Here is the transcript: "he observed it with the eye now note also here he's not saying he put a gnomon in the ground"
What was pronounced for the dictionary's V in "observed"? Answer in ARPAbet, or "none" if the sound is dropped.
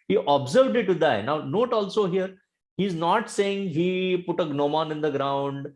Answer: V